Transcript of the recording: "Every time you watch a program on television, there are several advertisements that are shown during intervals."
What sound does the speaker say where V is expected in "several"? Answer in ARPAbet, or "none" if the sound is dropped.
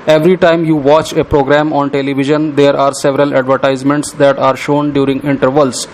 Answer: V